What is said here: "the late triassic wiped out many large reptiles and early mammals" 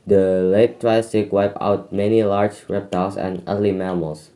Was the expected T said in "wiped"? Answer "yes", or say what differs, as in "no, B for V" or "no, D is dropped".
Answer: no, T is dropped